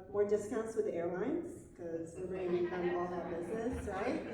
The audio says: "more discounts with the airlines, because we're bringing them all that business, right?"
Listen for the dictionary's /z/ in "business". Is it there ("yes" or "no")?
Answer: yes